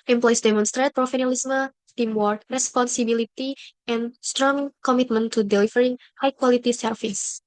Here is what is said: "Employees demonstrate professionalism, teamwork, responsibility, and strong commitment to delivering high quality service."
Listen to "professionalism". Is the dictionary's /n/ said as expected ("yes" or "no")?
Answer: no